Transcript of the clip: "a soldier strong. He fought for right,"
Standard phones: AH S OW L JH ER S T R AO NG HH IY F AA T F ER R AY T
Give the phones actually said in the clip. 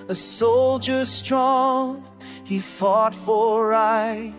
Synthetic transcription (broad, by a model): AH S OW L JH ER S T R AO NG HH IY F AA T F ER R AY